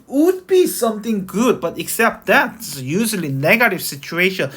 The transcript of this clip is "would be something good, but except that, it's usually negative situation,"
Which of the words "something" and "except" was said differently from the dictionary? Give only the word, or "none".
something